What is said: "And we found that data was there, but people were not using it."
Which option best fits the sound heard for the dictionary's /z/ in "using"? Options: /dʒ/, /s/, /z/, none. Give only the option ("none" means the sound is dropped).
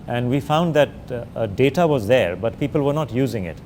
/z/